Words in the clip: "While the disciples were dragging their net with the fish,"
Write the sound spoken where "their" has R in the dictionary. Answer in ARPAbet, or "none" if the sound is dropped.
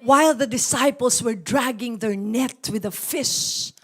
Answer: R